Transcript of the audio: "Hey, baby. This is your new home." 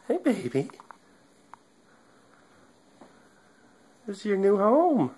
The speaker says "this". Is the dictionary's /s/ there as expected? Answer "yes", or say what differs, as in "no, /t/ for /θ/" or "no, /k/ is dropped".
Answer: no, /s/ is dropped